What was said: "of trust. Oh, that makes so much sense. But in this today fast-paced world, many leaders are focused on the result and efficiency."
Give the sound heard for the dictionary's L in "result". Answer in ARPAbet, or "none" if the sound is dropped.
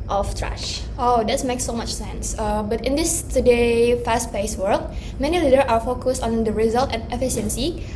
L